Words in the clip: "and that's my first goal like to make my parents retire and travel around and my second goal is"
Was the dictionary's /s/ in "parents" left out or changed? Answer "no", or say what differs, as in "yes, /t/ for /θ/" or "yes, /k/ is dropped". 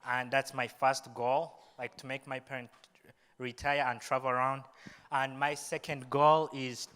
yes, /s/ is dropped